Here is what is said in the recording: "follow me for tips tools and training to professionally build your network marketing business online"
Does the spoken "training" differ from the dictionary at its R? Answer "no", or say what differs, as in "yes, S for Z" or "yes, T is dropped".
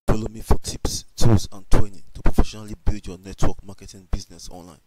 yes, W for R